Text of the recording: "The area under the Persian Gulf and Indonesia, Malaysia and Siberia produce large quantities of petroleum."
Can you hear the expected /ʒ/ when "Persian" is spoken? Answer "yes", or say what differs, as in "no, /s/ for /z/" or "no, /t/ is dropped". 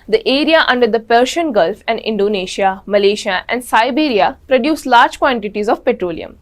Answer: no, /ʃ/ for /ʒ/